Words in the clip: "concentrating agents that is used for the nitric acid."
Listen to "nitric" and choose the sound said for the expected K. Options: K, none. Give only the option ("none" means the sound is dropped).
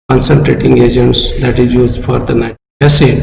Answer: none